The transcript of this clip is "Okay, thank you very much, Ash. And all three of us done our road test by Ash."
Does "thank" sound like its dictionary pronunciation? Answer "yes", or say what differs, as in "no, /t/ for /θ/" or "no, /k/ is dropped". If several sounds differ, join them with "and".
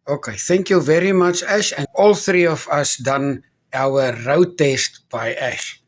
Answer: yes